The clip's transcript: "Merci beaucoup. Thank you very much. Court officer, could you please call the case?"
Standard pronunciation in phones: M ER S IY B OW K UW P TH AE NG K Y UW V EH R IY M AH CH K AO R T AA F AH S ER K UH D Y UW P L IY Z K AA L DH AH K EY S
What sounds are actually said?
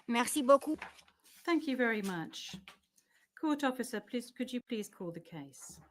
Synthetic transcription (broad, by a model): M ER S IY B OW K UW TH AE NG K Y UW V EH R IY M AH CH K AO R T AA F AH S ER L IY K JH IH P L IY Z K AA L DH AH K EY S